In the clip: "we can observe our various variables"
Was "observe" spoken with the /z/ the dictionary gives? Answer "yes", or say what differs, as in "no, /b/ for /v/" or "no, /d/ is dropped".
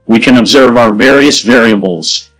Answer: yes